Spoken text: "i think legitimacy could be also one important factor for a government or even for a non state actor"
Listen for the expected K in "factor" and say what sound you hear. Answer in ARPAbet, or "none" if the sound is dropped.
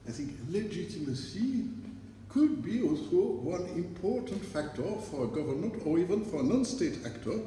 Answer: K